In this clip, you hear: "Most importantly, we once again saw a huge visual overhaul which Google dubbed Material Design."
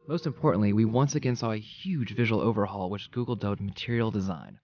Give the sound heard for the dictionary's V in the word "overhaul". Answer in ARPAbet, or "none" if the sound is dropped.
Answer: V